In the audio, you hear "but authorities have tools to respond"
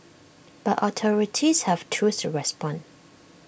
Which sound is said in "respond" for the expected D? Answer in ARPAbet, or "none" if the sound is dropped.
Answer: none